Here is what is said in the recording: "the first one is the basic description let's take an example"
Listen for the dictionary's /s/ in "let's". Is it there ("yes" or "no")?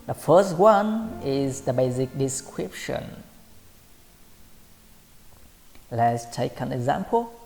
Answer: yes